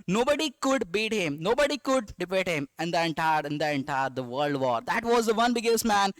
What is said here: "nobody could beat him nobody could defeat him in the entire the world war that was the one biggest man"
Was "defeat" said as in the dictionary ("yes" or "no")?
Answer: no